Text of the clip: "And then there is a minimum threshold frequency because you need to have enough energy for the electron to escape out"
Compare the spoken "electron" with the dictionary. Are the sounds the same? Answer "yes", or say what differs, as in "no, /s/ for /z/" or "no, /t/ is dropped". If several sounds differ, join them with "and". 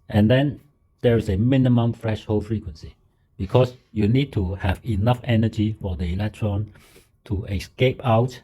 yes